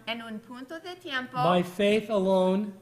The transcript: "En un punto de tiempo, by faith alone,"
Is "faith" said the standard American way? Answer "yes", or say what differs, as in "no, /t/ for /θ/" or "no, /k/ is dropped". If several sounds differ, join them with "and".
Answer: yes